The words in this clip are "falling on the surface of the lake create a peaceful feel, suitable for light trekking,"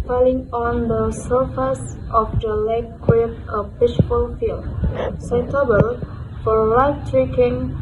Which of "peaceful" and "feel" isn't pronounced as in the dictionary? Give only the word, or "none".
peaceful